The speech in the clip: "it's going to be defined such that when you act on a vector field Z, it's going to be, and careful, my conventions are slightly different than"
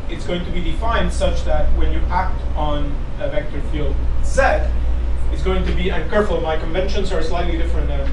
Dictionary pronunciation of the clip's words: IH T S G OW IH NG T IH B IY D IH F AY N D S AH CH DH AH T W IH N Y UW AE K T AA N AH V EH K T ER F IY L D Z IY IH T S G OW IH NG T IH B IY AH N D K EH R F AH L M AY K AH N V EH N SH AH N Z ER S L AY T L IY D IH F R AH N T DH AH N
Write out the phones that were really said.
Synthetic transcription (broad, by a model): IH T S G OW IH NG T IH B IY D IH F AY N D S AH CH DH AH T W IH N Y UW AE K T N AH V EH K T ER F IY L D S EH IH T S G OW IH NG T IH B IY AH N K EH R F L M AY K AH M V EH N SH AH N Z ER S L AY T L IY D IH F R AH N T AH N